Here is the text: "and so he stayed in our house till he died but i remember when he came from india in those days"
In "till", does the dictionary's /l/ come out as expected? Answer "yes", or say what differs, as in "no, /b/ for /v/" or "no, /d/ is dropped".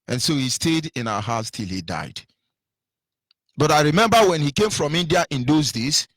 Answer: yes